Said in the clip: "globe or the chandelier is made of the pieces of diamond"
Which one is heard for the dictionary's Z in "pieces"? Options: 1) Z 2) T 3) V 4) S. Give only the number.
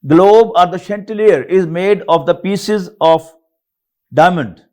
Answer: 1